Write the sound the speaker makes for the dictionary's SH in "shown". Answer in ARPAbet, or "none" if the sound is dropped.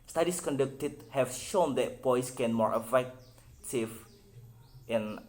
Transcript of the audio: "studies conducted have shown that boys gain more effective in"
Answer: SH